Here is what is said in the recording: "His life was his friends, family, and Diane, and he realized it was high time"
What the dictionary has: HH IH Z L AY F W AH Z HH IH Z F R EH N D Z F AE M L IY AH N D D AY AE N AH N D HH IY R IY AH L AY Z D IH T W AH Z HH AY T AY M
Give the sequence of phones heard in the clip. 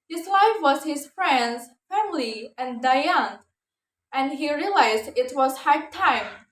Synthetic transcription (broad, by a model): HH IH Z L AY F W AH Z HH IH Z F R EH N D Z F AE M L IY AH N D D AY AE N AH N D HH IY R IY AH L AY Z D IH T W AH Z HH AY T AY M